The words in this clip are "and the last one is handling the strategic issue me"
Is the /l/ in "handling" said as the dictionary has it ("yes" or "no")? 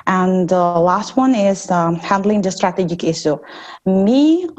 yes